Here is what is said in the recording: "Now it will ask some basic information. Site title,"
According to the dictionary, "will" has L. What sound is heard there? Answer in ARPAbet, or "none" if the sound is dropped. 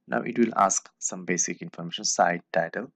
L